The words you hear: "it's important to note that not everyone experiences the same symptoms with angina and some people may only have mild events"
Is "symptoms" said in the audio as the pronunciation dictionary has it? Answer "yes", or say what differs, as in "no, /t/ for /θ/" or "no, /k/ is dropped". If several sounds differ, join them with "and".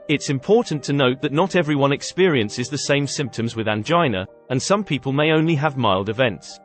yes